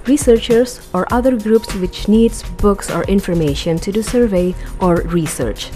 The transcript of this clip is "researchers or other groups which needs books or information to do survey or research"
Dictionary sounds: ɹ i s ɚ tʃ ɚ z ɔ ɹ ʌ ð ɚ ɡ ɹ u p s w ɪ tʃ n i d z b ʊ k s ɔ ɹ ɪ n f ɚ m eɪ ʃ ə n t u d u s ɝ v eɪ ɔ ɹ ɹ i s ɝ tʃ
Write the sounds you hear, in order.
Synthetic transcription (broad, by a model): ɹ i s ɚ tʃ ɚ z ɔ ɹ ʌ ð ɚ ɡ ɹ u p s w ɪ tʃ n i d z b ʊ k s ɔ ɹ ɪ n f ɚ m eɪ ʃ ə n t u d u s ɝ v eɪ ɔ ɹ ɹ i s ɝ tʃ